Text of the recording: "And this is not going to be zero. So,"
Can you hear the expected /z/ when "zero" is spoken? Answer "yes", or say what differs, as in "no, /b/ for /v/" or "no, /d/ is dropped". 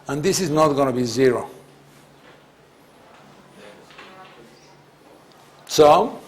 yes